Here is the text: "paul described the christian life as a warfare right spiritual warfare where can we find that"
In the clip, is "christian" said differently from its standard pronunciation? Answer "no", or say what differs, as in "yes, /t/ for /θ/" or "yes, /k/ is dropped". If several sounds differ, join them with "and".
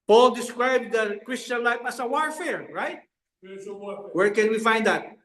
no